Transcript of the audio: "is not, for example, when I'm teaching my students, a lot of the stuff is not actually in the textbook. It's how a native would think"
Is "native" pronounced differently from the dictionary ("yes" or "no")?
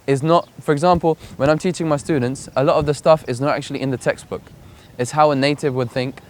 no